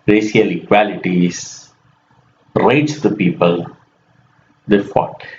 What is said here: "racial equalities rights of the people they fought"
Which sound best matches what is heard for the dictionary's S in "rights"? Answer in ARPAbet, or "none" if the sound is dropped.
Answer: none